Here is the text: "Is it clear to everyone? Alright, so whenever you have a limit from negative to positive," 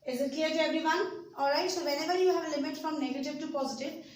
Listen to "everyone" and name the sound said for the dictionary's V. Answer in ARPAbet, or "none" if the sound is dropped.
B